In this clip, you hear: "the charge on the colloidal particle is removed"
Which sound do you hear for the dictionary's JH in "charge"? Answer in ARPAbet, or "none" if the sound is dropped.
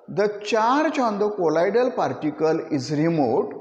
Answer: CH